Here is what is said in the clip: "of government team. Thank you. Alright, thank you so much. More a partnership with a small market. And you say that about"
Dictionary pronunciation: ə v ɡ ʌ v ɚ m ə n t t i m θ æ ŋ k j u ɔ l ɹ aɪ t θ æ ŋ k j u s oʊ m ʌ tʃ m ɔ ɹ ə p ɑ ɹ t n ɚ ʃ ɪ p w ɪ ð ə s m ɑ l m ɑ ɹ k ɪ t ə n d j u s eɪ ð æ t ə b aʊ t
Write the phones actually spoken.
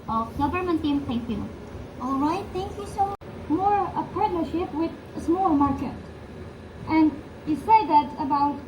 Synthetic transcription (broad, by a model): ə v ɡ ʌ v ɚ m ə n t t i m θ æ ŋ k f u ɔ l ɹ aɪ t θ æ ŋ k j u s oʊ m m ɔ ɹ ə p ɑ ɹ t n ɚ ʃ ɪ p w ɪ ð ə s m ɑ l m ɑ ɹ k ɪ t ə n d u s eɪ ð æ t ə b aʊ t